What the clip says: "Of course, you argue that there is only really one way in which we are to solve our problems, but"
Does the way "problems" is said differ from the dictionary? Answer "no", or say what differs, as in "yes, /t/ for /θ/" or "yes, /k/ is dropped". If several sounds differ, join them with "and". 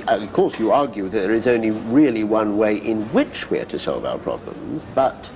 no